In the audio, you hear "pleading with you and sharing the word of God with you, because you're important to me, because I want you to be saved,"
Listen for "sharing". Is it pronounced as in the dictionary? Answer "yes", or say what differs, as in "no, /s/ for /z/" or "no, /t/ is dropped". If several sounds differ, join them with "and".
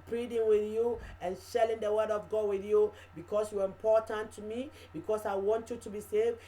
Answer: no, /l/ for /ɹ/